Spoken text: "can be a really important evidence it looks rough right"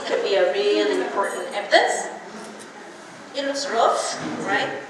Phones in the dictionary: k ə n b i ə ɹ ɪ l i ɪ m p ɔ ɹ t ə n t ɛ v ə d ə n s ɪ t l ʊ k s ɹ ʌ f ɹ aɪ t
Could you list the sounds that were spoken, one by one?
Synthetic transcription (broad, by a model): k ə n b i ə ɹ ɪ l i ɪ m p ɔ ɹ t n t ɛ p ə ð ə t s ɪ t w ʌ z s ɹ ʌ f ɹ aɪ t